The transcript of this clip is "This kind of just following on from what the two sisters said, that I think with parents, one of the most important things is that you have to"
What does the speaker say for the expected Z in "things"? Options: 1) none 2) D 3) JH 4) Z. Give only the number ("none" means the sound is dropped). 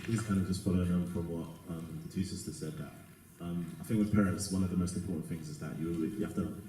4